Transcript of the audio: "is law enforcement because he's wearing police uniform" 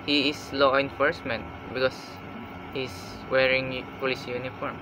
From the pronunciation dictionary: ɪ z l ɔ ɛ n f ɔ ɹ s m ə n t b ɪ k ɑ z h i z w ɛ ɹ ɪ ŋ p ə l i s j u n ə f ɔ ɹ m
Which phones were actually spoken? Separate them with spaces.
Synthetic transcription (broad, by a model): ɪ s l ɔ ɛ n f ɔ ɹ s m ə n t b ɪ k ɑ s h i s w ɛ ɹ ɪ ŋ p ə l i s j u n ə f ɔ ɹ m